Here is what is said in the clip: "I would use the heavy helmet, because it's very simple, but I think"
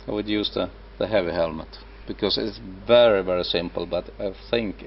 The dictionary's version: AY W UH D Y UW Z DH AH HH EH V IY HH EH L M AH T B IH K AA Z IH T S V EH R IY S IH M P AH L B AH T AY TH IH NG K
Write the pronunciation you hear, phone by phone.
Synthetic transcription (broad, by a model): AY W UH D Y UW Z DH AH HH EH V IY HH EH L M AH T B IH K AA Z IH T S V EH R IY S IH M P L B AH T AY TH IH NG K